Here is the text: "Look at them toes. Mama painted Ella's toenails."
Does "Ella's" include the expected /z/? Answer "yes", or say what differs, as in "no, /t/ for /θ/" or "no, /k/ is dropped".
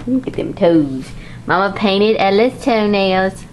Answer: no, /s/ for /z/